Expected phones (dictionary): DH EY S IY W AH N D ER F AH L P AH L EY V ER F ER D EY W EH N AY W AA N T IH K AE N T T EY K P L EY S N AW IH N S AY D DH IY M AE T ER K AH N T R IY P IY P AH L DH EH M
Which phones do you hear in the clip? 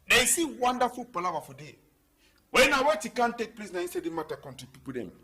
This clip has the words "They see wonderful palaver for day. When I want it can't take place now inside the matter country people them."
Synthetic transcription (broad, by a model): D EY S IY W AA N D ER F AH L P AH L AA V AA F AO D EY W EH N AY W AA T IH K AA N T T EY K P L EY S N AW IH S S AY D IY M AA T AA K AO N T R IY P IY P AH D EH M